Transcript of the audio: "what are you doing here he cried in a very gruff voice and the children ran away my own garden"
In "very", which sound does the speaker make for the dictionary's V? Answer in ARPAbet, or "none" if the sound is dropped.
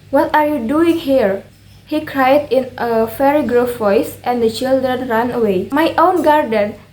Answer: F